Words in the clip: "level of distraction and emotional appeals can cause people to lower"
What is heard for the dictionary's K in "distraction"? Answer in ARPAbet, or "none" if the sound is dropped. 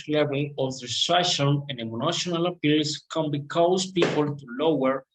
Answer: none